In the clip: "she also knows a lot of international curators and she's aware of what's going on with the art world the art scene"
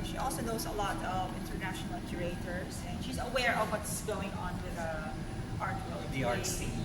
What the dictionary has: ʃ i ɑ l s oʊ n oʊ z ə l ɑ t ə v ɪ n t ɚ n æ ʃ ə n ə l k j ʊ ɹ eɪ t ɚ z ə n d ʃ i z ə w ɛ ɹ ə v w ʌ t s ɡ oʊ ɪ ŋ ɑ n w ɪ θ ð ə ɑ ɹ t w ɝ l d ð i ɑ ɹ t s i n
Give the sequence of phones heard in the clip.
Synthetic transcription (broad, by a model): ʃ i ɑ l s oʊ n oʊ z ə l ɑ t ə v ɪ n t ɚ n æ ʃ ə n ə l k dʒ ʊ ɹ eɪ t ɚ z ə n d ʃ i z ə w ɛ ɹ ə v w ʌ t s ɡ oʊ ɪ ŋ ɑ n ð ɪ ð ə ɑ ɹ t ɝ d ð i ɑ ɹ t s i